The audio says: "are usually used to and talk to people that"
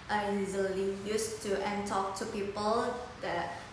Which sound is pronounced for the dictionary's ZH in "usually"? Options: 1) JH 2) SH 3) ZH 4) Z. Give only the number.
4